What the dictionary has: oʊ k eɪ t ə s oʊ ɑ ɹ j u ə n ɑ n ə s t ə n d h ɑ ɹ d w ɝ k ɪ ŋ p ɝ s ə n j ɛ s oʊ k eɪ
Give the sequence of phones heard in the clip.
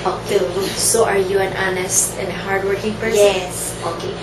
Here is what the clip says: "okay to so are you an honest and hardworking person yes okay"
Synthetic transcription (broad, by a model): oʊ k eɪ s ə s ɑ ɹ j u ə n ɑ n ə s t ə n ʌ h ɑ ɹ d w ɝ k ɪ ŋ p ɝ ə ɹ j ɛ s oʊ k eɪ